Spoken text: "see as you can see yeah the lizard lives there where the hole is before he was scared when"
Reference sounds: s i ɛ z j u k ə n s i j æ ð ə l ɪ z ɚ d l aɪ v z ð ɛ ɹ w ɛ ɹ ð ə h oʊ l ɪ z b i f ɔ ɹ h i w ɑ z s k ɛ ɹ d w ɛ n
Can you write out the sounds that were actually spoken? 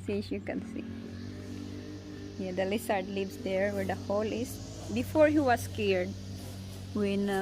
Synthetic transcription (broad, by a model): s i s j u k ə n s i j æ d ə l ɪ s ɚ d l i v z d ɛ ɹ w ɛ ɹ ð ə h oʊ l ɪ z b i f ɔ ɹ h i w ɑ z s k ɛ ɹ d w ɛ n